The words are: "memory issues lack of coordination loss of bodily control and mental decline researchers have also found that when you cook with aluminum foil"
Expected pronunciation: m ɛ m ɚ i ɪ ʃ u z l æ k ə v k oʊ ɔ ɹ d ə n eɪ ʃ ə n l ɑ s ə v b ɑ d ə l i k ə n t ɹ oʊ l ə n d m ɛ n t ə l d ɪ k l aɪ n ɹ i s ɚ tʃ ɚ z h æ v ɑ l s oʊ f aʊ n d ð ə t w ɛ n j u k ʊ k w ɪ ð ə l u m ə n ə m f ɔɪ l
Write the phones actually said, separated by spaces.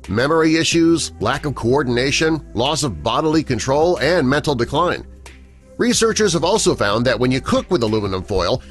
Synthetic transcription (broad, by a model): m ɛ m ɚ i ɪ ʃ u z l æ k ə v k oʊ ɔ ɹ d n eɪ ʃ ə n l ɑ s ə v b ɑ d l i k ə n t ɹ oʊ l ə n m ɛ n t l d ɪ k l aɪ n ɹ i s ɚ tʃ ɚ z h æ v ɑ l s oʊ f aʊ n ð ə t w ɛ n j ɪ k ʊ k w ɪ ð ə l u m ə n ə m f ɔɪ l